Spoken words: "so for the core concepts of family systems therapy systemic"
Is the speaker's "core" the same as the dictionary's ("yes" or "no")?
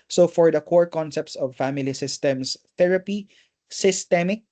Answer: yes